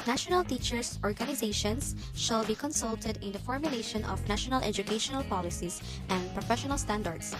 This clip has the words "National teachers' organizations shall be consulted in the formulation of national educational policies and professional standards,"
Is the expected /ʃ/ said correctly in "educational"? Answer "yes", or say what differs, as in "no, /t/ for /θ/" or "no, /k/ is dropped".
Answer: yes